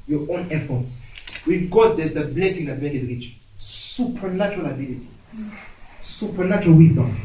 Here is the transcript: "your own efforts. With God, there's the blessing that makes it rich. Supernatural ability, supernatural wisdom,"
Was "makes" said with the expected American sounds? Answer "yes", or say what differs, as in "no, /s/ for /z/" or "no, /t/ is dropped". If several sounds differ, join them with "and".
no, /s/ is dropped